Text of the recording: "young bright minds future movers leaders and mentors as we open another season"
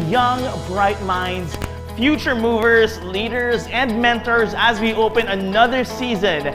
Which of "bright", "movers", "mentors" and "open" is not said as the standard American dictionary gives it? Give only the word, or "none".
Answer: none